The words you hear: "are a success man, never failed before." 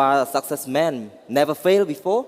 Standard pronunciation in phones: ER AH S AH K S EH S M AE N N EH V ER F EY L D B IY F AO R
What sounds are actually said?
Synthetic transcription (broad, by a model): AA AH S AH K S EH S M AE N N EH V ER F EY L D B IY F AO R